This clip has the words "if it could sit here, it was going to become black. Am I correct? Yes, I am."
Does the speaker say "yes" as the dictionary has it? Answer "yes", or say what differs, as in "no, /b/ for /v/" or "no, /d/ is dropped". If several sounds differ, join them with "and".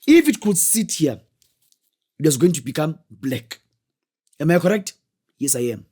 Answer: yes